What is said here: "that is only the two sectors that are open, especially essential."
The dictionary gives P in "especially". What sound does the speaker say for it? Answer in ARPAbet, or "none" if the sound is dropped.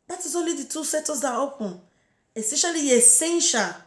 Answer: none